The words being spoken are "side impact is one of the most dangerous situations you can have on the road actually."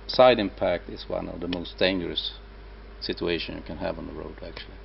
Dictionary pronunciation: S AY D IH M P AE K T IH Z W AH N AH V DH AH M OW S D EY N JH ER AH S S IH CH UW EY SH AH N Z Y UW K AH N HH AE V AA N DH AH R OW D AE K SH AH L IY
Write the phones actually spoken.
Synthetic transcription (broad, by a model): S AY D IH M P AE K T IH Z W AH N AH V DH AH M OW S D EY N JH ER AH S S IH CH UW EY SH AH N Y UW K AH N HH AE V N DH AH R OW D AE K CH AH L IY